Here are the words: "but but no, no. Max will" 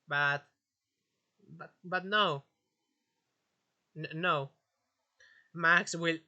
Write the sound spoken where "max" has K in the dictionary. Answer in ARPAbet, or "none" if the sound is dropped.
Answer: K